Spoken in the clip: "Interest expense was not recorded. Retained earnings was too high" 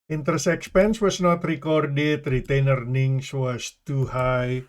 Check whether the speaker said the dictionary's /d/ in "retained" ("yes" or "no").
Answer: no